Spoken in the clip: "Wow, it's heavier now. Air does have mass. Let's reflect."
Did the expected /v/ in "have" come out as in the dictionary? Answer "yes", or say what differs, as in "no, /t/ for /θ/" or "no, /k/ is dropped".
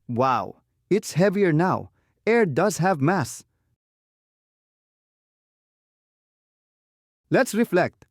yes